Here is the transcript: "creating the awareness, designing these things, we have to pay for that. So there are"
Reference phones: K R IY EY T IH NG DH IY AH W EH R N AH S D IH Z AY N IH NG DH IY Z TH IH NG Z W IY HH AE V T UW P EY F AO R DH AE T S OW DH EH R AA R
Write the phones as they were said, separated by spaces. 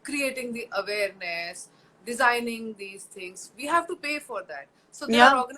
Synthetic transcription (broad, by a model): K R IY EY T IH NG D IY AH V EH R N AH S D IH Z AY N IH NG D IY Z T IH NG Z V IY HH AE V T UW P EY F AO R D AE T S OW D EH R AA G